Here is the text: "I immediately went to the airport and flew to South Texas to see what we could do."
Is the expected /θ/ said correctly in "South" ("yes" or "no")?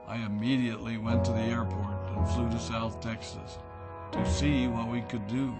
yes